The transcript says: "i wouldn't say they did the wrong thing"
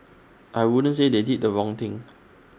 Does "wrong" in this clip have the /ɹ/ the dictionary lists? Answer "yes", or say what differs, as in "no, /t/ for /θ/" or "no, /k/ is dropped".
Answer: yes